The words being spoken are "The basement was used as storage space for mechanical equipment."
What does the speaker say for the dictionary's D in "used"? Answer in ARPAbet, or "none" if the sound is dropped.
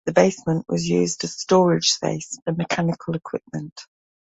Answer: D